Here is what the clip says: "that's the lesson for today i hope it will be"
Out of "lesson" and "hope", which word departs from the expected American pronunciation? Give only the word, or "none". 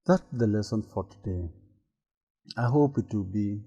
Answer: none